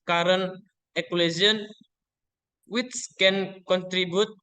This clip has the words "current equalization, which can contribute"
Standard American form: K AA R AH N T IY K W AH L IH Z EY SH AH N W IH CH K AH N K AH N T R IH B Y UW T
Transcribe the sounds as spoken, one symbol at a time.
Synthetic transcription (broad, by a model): K AA R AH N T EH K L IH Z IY AH N W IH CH K AH N K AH N T R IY B Y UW T